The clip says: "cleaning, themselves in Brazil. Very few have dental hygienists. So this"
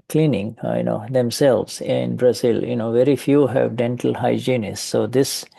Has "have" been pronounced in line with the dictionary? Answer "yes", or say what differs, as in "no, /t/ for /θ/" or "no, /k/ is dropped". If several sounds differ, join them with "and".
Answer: yes